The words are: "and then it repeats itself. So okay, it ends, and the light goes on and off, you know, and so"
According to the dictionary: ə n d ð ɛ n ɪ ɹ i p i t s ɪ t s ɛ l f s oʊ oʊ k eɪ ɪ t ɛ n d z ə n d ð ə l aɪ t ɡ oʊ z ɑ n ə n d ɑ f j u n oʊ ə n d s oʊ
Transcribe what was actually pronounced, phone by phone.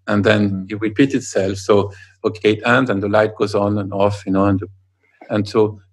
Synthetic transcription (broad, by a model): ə n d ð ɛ n ɪ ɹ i p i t ɪ t s ɛ l f s oʊ oʊ k eɪ ɪ t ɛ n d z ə n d ð ə l aɪ t ɡ oʊ z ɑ n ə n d ɑ f j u n oʊ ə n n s oʊ